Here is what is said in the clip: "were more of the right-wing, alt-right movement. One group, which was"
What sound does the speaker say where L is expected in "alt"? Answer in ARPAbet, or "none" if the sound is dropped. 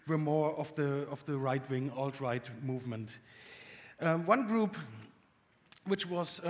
L